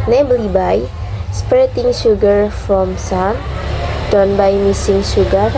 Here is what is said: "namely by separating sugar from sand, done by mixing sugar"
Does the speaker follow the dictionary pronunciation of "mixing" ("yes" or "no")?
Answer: no